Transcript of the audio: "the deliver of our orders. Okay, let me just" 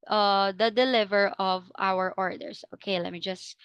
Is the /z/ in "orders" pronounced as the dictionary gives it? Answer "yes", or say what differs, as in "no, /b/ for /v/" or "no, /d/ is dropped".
no, /s/ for /z/